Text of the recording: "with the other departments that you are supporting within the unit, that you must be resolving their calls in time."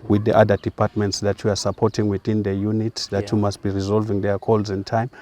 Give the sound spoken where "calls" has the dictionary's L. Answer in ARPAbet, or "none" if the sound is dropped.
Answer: L